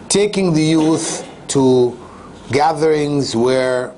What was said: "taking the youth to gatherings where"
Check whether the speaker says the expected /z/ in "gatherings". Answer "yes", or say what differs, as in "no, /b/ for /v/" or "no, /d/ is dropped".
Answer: yes